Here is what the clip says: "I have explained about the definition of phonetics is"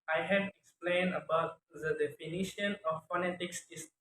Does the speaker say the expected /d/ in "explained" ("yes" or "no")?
yes